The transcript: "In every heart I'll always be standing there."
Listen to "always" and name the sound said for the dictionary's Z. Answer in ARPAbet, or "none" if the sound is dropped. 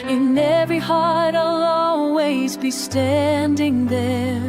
Z